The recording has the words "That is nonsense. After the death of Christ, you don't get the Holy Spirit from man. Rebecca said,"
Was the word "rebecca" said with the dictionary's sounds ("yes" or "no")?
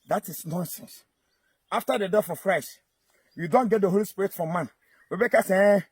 no